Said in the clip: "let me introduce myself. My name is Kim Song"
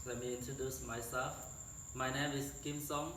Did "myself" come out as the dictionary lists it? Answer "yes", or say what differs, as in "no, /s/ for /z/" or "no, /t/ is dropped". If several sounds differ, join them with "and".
no, /l/ is dropped